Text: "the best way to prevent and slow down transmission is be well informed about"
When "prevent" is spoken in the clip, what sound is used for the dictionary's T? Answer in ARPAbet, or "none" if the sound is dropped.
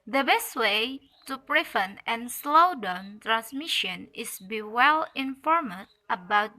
none